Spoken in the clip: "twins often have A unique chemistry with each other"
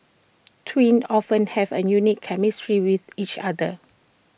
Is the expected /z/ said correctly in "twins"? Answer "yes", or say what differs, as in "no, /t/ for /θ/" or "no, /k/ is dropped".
no, /z/ is dropped